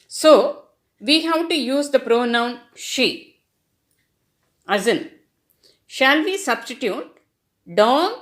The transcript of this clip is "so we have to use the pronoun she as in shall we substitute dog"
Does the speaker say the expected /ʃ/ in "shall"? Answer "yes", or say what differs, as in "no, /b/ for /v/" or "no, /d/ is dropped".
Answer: yes